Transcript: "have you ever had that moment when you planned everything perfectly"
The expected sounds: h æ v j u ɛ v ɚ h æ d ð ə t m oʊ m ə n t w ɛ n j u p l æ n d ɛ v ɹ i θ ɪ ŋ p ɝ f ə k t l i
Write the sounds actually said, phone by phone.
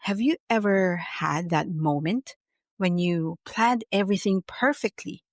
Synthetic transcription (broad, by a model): h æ v j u ɛ v ɚ h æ d ð ə t m oʊ m ə n t w ɛ n j u p l æ n d ɛ v ɹ i θ ɪ ŋ p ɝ f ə k t l i